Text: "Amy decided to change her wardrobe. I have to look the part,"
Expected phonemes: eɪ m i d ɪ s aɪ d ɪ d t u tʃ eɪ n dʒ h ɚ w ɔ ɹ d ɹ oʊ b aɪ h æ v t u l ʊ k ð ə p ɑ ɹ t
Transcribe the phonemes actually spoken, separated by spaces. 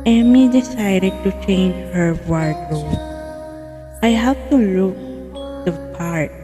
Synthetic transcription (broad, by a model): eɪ m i d ɪ s aɪ d ɪ d t u tʃ eɪ n dʒ h ɚ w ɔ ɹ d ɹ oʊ aɪ h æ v t u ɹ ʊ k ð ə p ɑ ɹ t